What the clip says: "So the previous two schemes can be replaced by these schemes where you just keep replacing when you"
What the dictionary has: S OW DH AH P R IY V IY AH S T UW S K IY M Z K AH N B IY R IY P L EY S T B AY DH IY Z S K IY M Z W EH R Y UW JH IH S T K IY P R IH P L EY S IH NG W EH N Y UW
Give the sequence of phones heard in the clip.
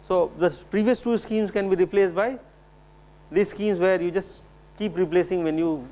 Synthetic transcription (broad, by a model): S OW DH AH P R IY V IY AH S T UW S K IY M S K AH N B IY R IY P L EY S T B AY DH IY S K IY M S W EH R Y UW JH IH S K IY P R IH P L EY S IH NG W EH N Y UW